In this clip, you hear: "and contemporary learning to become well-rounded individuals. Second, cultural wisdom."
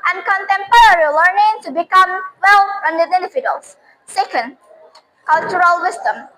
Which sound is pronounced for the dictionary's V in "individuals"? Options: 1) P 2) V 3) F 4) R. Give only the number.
3